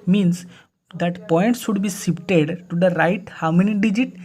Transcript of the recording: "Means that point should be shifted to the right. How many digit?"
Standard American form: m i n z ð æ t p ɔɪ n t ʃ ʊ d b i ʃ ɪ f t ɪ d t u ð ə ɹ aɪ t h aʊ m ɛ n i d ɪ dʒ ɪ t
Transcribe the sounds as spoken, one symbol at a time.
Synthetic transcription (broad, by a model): m i n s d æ t p ɔɪ n t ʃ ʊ d b i s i p t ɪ d t u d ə ɹ aɪ t h aʊ m ɛ n i d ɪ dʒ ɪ t